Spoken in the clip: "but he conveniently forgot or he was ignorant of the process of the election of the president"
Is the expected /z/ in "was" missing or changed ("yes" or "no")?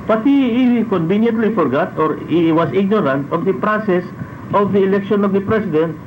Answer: yes